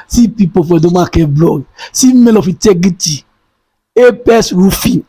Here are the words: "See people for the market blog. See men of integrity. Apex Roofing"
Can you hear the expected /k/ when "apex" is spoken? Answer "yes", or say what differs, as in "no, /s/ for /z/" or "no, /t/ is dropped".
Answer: no, /k/ is dropped